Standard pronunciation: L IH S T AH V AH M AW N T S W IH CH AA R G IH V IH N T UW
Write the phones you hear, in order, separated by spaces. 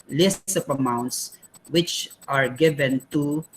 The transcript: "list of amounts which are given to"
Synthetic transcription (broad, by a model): L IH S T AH P AH M AW N T S W IH CH AA R G IH V IH N T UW